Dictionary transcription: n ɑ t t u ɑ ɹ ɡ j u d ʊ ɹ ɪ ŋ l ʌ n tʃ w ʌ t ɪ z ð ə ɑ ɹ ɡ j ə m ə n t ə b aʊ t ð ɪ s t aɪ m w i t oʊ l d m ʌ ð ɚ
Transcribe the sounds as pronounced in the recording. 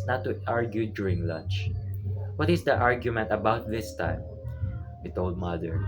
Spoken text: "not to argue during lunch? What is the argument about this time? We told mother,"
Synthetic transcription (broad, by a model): n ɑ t t u ɑ ɹ ɡ j u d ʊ ɹ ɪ ŋ l ʌ n tʃ w ʌ t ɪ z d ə ɑ ɹ ɡ j ə m ə n t ə b aʊ t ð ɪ s t aɪ m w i t oʊ l d m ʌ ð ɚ